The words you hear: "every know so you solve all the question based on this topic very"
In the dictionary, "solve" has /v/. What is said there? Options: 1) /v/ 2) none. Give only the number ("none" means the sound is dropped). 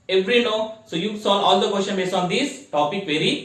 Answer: 2